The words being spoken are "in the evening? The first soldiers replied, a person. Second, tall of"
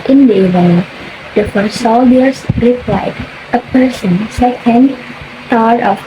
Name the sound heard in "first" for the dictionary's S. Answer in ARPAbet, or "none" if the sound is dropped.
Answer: none